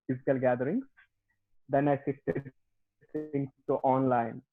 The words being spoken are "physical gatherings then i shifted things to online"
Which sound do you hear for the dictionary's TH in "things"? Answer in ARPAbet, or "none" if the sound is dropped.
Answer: S